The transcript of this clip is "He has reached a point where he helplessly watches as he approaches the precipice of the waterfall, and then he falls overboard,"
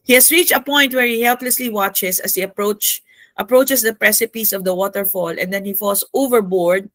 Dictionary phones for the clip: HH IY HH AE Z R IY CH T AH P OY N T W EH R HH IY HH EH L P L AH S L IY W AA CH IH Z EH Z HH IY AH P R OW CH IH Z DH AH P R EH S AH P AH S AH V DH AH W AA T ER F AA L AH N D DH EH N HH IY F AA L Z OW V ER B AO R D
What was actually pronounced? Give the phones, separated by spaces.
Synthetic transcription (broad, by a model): HH IY HH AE S R IY CH T AH P OY N T W EH R HH IY HH EH L P L AH S L IY W AA CH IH S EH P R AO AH P R OW CH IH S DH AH P R EH S AH P AH S AH V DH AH W AA T ER F AA L AH N D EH N HH IY F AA L S OW V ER B AO R D